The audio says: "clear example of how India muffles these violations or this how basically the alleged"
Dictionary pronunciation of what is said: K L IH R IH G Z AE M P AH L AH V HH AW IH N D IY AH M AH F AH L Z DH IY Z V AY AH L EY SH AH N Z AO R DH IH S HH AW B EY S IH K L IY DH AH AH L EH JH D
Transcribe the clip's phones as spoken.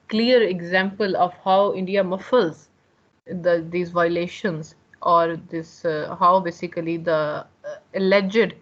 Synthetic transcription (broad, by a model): K L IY R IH G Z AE M P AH L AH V HH AW IH N D IY AH M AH F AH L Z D IY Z V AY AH L EY SH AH N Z AO R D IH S HH AW B EY S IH K L IY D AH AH L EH JH D